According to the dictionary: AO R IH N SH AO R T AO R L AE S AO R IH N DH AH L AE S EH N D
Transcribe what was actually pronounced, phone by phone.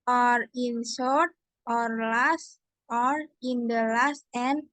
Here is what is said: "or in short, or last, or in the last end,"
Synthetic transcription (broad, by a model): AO R IH N S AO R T AO R L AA S AO R IH N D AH L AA S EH N